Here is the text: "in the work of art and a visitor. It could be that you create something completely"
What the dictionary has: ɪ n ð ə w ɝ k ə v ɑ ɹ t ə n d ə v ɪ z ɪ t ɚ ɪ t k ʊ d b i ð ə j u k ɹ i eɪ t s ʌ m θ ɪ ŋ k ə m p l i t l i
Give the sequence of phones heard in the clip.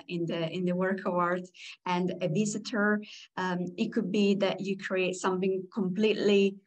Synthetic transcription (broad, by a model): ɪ n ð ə w ɝ k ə w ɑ ɹ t ə n d ə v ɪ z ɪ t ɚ ɪ t k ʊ d b i ð ə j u k ɹ i eɪ t s ʌ m θ ɪ ŋ k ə m p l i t l i